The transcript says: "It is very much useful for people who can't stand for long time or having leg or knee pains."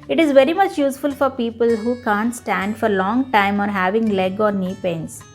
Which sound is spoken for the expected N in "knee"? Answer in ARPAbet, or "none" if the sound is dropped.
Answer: N